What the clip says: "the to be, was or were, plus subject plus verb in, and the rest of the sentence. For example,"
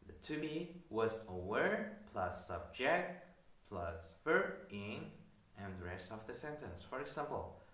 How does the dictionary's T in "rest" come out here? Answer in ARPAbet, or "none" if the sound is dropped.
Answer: none